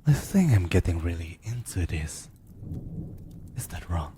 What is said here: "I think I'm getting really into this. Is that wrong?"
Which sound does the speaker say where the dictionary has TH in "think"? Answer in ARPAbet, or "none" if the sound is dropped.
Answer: S